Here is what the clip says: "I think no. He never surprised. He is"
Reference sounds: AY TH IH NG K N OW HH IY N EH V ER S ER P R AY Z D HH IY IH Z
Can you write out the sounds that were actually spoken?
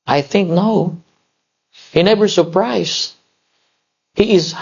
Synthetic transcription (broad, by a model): AY TH IH NG K N OW HH IY N EH V ER S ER P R AY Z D HH IY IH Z